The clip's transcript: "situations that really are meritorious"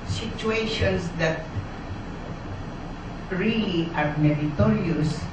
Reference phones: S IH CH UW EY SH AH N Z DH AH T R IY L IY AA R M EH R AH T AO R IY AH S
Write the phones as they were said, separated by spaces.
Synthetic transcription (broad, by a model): S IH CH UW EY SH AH N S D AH T R IY L IY AA R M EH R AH T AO R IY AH S